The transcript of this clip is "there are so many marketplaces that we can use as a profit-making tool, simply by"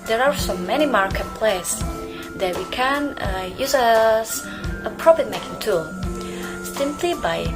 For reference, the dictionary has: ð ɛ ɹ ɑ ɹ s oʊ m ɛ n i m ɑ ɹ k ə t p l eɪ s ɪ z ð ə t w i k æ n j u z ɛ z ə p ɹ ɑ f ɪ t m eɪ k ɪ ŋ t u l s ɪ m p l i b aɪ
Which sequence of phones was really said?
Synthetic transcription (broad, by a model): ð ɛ ɹ ɑ ɹ s oʊ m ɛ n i m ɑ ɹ k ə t p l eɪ ɪ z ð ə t w i k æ n j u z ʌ s ə p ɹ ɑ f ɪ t m eɪ k ɪ ŋ t u l s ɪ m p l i b aɪ